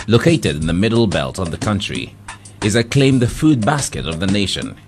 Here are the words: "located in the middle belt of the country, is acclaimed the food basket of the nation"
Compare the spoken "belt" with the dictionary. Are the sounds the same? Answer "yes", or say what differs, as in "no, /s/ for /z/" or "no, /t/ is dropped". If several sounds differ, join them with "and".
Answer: yes